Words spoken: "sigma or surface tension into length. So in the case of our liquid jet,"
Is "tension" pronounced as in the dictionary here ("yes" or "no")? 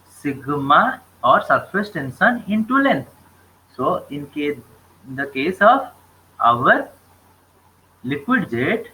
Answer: no